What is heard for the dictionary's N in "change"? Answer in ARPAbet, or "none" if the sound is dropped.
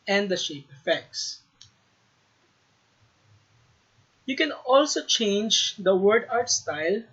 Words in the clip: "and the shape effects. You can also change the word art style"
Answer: N